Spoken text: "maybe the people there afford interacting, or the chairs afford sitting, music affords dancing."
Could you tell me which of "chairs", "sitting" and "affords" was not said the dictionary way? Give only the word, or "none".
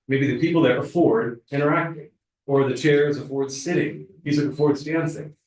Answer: none